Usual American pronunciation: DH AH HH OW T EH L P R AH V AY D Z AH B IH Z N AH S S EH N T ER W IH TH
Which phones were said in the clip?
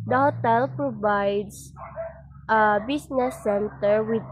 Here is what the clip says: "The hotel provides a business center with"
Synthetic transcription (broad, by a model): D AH HH OW T EH L P R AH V AY D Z AH B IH S N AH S S EH N T ER W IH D